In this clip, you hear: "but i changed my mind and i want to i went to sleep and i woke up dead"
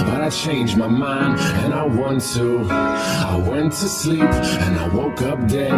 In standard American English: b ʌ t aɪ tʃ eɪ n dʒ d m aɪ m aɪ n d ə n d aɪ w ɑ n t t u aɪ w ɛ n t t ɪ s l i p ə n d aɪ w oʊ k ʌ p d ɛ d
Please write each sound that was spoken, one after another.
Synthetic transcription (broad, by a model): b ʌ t aɪ tʃ eɪ n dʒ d m aɪ m aɪ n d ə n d aɪ w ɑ n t t u aɪ w ɛ n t t ɪ s l i p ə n aɪ w oʊ k ʌ p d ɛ